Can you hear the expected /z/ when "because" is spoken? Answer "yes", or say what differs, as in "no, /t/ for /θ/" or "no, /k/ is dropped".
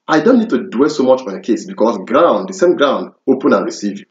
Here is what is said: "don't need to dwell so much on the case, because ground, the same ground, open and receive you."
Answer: no, /s/ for /z/